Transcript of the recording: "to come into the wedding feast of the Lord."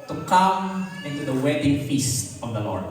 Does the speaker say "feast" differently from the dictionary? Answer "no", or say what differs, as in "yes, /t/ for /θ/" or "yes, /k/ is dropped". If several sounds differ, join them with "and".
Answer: no